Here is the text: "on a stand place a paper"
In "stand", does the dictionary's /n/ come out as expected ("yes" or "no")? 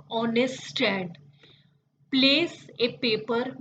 no